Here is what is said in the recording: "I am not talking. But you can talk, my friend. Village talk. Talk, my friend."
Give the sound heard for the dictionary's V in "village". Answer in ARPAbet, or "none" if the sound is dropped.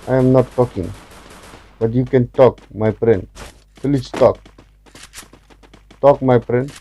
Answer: F